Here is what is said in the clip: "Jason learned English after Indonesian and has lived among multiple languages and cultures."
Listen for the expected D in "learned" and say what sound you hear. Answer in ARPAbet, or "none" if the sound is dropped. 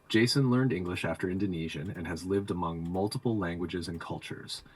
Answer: D